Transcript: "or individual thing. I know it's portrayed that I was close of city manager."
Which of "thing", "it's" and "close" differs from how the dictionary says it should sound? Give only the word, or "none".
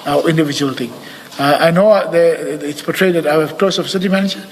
thing